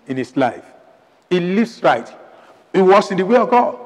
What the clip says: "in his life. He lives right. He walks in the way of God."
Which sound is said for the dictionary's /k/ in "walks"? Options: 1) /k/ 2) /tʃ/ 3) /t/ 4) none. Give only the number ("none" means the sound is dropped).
4